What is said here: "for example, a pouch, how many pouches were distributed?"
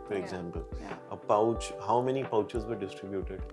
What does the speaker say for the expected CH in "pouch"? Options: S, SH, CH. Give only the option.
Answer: CH